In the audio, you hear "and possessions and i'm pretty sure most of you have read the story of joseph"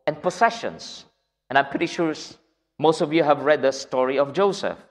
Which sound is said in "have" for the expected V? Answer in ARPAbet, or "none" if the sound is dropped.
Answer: V